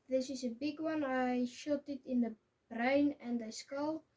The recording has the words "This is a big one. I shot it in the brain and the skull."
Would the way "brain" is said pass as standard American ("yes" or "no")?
yes